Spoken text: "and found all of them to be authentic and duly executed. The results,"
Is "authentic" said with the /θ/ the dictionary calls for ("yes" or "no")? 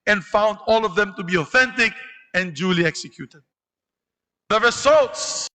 yes